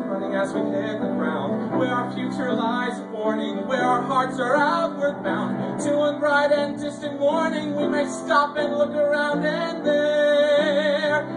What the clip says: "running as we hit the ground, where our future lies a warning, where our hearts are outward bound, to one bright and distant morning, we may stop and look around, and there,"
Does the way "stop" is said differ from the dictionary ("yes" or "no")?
no